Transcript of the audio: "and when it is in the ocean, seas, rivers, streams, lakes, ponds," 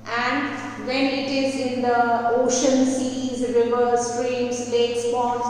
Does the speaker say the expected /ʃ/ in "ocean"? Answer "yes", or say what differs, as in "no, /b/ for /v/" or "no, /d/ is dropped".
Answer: yes